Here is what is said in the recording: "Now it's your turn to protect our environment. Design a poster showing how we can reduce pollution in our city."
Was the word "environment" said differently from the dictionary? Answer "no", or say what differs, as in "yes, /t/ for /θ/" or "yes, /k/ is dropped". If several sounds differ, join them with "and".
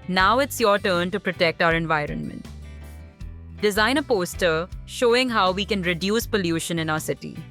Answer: no